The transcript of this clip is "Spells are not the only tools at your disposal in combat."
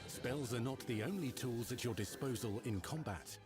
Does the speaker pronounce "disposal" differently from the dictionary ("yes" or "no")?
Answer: no